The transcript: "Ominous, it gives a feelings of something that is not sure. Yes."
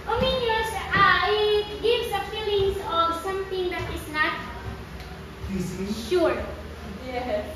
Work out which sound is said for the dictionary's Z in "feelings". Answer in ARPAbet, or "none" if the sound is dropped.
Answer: S